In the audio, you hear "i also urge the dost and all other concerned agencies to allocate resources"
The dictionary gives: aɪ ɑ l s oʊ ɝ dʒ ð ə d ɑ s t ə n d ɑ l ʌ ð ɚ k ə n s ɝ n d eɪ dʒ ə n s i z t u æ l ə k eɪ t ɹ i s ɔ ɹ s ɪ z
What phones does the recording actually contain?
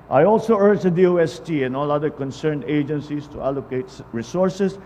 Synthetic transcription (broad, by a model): aɪ ɑ l s oʊ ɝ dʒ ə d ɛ s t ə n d ɑ l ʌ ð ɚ k ə n s ɝ n d eɪ dʒ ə n s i s t u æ l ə k eɪ t ɹ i s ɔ ɹ s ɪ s